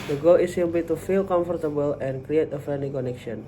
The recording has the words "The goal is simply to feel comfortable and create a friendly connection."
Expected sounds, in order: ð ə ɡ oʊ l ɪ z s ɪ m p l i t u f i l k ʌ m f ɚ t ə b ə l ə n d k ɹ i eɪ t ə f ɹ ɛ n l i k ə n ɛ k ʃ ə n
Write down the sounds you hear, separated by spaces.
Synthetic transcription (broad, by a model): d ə ɡ oʊ l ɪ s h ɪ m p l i t u f i l k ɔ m f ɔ t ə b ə l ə n k ɹ i eɪ t ə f ɛ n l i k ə n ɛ k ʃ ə n